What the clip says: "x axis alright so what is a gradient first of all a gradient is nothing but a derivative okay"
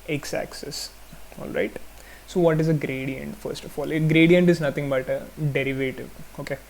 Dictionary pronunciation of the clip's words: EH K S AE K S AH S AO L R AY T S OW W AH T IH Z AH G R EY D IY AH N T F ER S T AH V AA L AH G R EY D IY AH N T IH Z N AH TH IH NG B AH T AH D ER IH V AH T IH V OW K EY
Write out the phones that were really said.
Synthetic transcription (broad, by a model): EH K S AE K S AH S AO L R AY T S OW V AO T IH Z AH G R EY D IY AH N T F ER S T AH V AA L G R EY D IY AH N T IH Z N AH T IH NG B AH T AH D ER IH V AH T IH V OW K EY